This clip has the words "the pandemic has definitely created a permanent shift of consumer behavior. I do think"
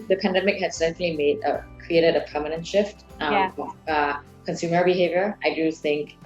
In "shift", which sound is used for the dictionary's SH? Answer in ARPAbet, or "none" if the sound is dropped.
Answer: SH